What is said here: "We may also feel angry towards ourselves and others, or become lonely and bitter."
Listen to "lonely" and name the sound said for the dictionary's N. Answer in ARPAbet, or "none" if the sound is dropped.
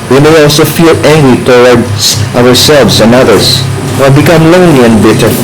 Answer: none